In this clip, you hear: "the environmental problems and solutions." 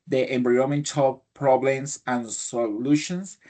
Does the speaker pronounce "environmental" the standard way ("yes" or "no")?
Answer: no